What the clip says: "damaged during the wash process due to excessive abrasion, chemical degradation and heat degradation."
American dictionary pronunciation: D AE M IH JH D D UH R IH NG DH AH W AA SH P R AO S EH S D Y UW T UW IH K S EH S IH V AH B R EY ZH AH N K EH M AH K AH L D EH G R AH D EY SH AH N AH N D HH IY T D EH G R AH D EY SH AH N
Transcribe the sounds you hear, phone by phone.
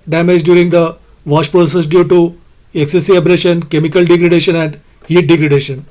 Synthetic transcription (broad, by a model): D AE M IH JH D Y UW R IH NG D AH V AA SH P R AO S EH S D Y UW T UW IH K S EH S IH AH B R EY SH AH N K EH M AH K AH L D EH G R AH D EY SH AH N AH N D HH IY T D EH G R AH D EY SH AH N